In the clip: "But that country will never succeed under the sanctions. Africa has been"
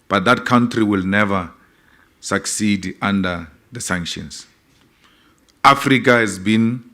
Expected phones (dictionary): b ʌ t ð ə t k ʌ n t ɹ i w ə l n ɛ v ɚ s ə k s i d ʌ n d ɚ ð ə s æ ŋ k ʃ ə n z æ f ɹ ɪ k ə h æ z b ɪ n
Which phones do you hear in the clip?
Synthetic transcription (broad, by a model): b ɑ t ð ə t k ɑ n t ɹ i w ə l n ɛ v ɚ s ə k s i d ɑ n d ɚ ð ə s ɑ ŋ k ʃ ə n s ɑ f ɹ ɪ k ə h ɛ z b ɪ n